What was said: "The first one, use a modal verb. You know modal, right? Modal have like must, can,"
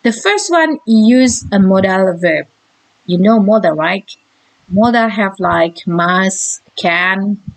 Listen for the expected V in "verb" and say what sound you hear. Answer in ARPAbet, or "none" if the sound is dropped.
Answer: V